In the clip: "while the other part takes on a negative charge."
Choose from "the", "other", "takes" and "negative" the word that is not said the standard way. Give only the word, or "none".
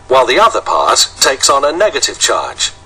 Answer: none